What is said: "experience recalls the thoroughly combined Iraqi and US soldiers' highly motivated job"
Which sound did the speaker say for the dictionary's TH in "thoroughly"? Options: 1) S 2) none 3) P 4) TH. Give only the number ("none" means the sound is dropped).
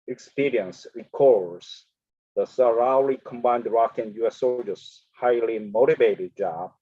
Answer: 1